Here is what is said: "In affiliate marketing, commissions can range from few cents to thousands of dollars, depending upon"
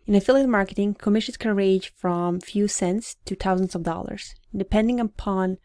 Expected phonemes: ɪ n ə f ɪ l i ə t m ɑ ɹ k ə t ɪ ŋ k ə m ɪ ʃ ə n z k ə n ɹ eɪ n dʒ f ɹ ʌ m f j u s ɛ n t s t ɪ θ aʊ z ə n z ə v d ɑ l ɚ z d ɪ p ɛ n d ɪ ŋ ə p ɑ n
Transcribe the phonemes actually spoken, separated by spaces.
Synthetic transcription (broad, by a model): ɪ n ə f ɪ l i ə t m ɑ ɹ k ə t ɪ ŋ k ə m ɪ ʃ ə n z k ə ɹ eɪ dʒ f ɹ ʌ m f j u s ɛ n t s t ɪ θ aʊ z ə n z ə v d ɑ l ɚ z d ɪ p ɛ n d ɪ ŋ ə p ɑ n